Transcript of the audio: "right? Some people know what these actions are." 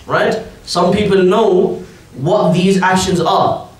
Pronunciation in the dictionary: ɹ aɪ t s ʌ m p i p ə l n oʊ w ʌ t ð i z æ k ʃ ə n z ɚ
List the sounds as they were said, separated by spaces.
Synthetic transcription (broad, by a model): ɹ aɪ t s ʌ m p i p ə l n oʊ w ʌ t ð i z æ k ʃ ə n z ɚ